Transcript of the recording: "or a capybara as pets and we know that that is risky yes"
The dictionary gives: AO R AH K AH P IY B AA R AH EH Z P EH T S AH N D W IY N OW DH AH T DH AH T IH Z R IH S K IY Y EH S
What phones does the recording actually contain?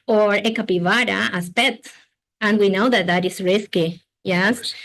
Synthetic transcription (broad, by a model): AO R AH K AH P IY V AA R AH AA S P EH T AH N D W IY N OW DH AH T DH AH T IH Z R IH S K IY Y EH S